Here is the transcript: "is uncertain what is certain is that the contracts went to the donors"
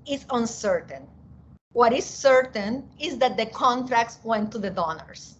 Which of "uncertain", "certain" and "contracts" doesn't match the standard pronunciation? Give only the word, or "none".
none